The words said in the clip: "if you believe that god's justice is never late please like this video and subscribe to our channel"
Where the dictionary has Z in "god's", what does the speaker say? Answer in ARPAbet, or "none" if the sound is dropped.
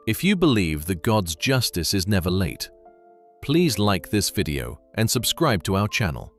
Z